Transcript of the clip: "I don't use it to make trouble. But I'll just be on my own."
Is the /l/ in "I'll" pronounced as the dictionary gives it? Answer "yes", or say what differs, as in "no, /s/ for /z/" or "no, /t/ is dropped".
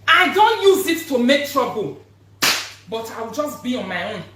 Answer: no, /w/ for /l/